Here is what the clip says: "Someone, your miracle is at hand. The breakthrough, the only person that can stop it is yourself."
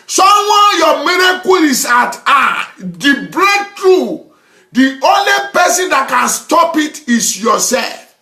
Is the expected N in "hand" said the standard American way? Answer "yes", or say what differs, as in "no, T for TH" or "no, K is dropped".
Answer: no, N is dropped